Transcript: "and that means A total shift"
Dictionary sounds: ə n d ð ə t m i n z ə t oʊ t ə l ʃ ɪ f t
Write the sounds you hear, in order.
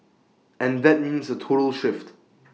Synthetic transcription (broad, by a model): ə n ð ə t m i n z ə t oʊ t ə l ʃ ɪ f t